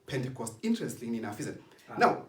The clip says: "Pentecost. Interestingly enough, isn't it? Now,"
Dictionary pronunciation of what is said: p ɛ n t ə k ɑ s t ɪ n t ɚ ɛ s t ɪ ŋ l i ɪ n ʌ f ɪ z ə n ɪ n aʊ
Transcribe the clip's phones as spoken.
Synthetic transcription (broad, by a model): p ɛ n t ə k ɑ s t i n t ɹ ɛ s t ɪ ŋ i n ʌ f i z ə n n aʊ